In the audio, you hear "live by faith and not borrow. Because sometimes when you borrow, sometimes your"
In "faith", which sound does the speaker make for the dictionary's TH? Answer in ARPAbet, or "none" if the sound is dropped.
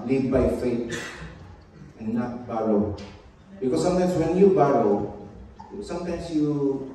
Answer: T